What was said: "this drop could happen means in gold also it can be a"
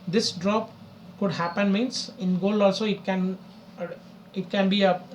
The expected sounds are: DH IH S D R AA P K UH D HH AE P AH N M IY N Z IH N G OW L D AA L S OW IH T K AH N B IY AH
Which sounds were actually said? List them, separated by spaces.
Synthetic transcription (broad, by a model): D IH S D R AA P K UH D HH AE P AH N M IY N S IH N G OW L AA L S OW IH T K AH N B IY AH